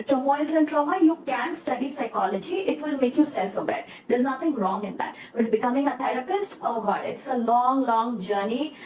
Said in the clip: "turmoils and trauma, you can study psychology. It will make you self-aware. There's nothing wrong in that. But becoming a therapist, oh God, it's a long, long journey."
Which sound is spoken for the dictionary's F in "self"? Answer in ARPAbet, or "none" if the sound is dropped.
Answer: F